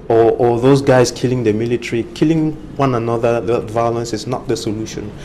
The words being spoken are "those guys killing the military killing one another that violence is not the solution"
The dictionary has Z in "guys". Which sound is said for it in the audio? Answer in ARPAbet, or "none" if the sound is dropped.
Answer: S